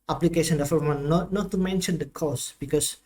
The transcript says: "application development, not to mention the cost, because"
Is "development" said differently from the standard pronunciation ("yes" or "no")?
yes